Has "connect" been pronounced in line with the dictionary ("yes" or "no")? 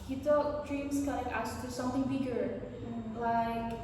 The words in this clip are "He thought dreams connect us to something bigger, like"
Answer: no